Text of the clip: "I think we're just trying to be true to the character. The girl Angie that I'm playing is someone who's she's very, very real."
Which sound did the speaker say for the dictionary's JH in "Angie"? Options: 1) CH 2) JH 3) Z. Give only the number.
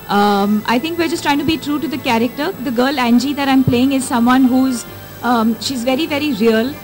2